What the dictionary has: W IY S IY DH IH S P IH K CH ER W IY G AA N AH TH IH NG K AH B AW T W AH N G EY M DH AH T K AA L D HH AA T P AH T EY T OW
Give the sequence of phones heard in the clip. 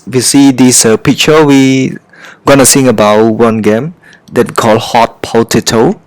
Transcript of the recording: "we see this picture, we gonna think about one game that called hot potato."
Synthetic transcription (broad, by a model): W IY S IY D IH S P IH K CH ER W IY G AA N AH S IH NG AH B AW T W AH N G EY M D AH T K AA L HH AA T P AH T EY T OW